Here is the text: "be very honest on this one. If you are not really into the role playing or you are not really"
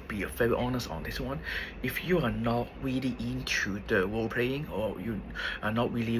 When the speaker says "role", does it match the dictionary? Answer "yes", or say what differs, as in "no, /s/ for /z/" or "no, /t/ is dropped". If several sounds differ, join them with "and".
no, /w/ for /ɹ/